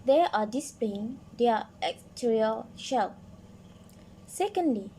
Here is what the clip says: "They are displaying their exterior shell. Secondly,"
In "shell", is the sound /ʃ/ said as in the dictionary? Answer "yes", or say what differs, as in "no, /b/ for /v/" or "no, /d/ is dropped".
yes